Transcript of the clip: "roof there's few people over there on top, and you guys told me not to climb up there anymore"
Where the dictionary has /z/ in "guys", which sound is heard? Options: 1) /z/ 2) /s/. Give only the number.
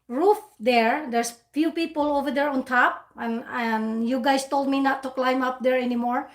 2